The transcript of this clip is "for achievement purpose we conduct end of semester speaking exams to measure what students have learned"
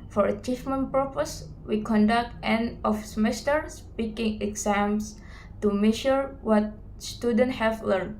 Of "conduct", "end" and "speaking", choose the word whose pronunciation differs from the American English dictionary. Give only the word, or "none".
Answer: end